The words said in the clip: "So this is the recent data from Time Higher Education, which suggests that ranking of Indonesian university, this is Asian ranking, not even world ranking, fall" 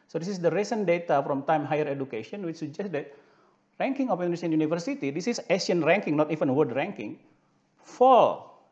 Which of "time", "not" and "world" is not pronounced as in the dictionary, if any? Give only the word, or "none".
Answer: world